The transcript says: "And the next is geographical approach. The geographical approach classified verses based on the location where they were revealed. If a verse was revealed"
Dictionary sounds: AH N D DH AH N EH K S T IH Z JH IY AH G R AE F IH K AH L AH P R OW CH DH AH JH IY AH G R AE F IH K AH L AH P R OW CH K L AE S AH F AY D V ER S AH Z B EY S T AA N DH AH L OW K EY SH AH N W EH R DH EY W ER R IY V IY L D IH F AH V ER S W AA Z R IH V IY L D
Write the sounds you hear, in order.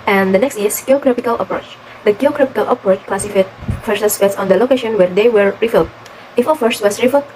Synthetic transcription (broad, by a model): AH N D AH N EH K S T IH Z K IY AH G R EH P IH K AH L AH P R OW CH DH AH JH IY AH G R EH P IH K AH L AH P R OW CH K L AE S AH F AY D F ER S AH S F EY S AA N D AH L OW K EY SH AH N W EH R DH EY W ER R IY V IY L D IH F AH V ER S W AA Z R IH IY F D